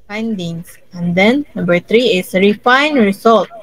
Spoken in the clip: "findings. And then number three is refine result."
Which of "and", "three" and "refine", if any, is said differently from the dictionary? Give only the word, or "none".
three